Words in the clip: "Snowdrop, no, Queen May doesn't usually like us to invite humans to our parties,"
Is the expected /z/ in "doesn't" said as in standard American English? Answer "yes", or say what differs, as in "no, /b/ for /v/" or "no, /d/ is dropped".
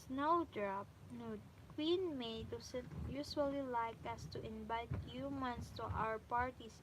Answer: no, /s/ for /z/